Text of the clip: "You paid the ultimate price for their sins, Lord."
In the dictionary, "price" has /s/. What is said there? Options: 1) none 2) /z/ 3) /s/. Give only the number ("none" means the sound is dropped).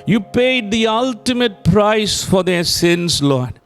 3